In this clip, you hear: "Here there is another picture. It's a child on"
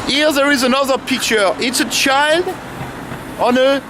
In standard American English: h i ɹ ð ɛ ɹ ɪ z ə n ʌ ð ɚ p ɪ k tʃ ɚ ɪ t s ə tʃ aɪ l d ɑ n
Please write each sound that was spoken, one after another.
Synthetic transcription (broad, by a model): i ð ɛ ɹ ɪ z ə n ʌ ð ɚ p ɪ k tʃ ɚ ɪ t s ə tʃ aɪ l d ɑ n